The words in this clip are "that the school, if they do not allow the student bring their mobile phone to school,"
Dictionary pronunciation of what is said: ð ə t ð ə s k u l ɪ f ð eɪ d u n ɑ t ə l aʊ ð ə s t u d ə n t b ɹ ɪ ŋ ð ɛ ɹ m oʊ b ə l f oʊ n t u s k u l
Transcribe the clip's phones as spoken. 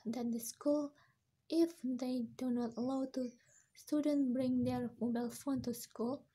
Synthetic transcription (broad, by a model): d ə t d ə s k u l ɪ f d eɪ d u n ɑ t ə l aʊ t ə s t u d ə n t b ɹ ɪ ŋ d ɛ ɹ m oʊ b ə l f oʊ n t u s k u l